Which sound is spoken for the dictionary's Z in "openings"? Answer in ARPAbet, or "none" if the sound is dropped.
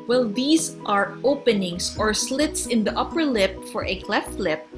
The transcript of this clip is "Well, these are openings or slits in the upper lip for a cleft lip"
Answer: S